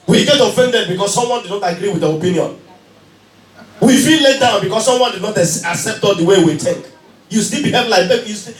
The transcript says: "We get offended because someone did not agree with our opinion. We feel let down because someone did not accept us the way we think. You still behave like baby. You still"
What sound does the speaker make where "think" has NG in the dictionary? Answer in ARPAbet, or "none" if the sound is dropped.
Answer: none